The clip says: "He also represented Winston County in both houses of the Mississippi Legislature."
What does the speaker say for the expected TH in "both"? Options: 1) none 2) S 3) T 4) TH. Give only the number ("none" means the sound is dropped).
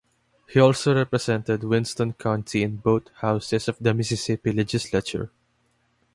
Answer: 3